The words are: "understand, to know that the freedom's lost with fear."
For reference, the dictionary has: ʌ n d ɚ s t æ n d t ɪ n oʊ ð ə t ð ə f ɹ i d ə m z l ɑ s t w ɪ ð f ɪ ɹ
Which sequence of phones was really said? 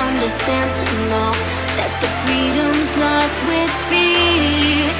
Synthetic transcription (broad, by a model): ʌ n d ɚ s t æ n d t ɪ l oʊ ð ə t ð ə f ɹ i d ə m z l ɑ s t w ɪ ð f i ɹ